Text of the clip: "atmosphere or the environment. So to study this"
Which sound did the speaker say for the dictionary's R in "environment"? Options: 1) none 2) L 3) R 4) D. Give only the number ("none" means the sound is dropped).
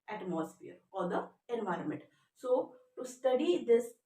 3